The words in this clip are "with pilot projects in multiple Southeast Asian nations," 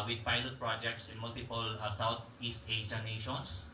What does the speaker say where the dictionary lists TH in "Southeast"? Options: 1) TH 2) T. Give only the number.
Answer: 2